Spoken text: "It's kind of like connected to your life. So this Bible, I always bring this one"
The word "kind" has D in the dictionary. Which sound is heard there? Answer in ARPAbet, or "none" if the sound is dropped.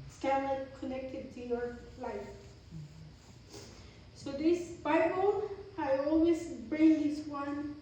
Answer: none